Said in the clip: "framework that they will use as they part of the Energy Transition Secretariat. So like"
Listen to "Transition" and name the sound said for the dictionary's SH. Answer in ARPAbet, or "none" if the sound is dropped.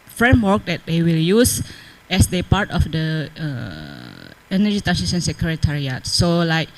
S